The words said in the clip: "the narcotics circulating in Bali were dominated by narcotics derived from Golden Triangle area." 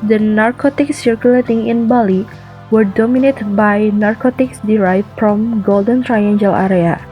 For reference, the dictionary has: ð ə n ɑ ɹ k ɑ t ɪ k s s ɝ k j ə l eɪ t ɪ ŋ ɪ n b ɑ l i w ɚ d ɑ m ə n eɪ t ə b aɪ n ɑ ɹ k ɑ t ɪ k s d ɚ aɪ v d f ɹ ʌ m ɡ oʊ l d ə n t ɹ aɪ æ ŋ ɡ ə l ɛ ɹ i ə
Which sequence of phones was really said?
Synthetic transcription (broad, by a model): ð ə n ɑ ɹ k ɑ t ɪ k s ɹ k j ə l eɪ t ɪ ŋ ɪ n b ɑ l i w ɚ d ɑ m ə n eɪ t b aɪ n ɑ ɹ k ɑ t ɪ k s d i aɪ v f f ɹ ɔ m ɡ oʊ l d ə n t ɹ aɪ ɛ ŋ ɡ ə l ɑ ɹ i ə